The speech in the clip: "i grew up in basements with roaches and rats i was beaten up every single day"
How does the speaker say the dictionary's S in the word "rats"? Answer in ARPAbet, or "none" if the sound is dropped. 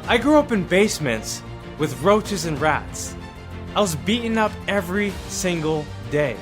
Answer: S